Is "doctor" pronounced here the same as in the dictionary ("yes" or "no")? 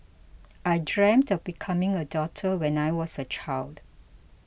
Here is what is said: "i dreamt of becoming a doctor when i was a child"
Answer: no